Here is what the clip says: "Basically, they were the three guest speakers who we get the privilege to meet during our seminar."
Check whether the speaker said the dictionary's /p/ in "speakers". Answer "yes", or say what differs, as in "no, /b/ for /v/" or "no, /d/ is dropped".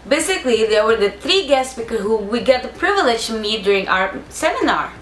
no, /b/ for /p/